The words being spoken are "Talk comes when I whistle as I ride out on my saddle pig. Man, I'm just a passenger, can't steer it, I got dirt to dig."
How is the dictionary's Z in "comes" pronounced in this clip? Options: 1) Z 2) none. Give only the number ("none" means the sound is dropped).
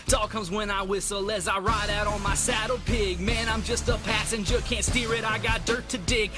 1